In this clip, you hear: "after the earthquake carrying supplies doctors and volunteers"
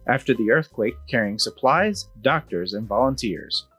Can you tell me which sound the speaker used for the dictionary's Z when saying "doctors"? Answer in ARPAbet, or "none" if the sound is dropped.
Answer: Z